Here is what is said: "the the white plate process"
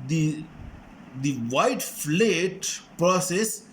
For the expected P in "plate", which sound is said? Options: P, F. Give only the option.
F